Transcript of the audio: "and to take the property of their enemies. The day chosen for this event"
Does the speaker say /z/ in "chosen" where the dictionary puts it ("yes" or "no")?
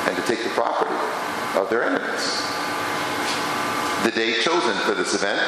yes